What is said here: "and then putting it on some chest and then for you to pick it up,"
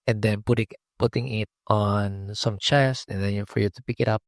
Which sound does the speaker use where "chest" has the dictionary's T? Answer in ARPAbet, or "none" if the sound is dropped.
none